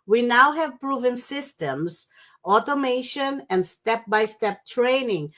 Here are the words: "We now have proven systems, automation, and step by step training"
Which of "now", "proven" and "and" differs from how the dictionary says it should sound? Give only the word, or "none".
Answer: none